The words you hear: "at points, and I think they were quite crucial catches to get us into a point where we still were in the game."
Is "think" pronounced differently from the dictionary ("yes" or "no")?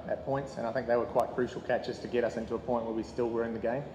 no